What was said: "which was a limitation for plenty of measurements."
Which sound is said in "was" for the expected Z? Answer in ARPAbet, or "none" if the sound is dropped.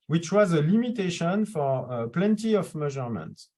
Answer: Z